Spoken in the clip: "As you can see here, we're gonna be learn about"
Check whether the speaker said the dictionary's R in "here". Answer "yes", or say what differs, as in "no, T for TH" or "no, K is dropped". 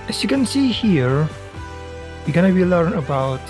yes